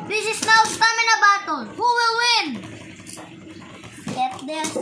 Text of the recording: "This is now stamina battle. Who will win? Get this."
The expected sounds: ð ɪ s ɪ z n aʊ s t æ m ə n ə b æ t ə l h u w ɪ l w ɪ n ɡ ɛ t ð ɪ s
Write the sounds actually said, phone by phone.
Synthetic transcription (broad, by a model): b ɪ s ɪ s n aʊ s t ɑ m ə n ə b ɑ t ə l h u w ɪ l w ɪ n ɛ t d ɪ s